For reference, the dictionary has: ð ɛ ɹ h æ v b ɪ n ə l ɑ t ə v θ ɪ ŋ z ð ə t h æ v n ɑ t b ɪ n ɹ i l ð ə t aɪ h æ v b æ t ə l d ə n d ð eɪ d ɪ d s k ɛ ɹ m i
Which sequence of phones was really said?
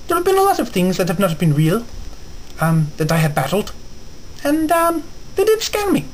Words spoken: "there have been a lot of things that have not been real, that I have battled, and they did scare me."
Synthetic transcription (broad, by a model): ð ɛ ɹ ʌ v b ɪ n ə l ɑ t ə v θ ɪ ŋ z ð ə t h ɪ v n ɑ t b ɪ n ɹ i l ð ə t aɪ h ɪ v b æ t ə l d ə n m ð eɪ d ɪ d s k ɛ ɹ m i